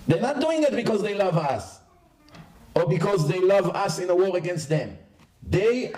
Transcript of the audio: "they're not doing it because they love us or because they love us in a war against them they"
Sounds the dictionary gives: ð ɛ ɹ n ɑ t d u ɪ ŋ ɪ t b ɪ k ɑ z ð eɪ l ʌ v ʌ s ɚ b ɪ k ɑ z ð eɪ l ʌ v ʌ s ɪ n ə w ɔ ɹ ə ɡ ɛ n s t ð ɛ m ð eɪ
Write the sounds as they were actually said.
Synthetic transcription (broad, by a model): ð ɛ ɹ n ɑ t d u ɪ ŋ ɪ t b ɪ k ɑ z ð eɪ l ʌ v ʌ s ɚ b ɪ k ɑ z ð eɪ l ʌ v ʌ s ɪ n ə w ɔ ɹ ə ɡ ɛ n s t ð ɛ m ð eɪ